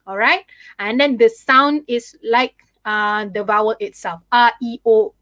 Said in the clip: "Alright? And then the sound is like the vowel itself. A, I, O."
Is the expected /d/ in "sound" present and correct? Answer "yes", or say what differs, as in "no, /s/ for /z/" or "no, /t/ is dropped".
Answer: yes